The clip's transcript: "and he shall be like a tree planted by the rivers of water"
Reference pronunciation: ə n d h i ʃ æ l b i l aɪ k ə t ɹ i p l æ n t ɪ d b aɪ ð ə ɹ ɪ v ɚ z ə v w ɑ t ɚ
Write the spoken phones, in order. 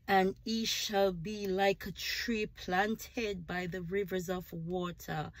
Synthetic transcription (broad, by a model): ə n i ʃ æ l b i l aɪ k ə t ɹ i p l æ n t ɪ d b aɪ ð ə ɹ ɪ v ɚ z ə v w ɑ t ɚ